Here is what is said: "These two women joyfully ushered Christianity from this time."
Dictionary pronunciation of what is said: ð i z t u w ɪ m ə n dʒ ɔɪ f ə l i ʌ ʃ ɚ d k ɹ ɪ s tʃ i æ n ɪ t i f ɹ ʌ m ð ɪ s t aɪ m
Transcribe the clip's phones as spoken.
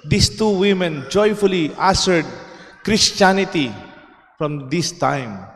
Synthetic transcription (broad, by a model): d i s t u w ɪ m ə n dʒ ɔɪ f ə l i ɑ s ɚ d k ɹ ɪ s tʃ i n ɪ t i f ɹ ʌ m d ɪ s t aɪ m